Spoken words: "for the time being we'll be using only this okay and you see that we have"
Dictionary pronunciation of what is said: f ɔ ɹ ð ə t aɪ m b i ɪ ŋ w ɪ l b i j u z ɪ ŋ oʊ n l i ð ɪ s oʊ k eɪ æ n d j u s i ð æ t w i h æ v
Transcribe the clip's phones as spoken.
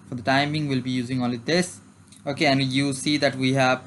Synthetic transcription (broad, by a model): f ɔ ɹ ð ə t aɪ m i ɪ ŋ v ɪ l b i j u z ɪ ŋ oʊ l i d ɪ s oʊ k eɪ æ n d j u s i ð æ t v i h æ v